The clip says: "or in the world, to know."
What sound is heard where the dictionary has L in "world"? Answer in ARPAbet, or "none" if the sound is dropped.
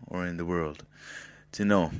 L